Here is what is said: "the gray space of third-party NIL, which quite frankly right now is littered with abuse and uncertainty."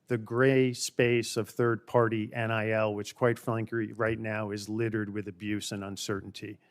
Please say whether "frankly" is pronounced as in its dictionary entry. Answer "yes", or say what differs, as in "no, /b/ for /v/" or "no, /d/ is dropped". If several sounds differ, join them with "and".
no, /l/ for /ɹ/